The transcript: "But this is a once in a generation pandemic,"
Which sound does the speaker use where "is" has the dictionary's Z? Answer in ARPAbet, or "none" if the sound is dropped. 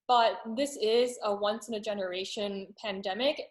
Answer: Z